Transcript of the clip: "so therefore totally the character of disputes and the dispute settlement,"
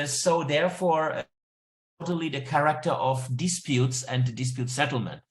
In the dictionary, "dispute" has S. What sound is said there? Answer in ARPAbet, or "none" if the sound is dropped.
S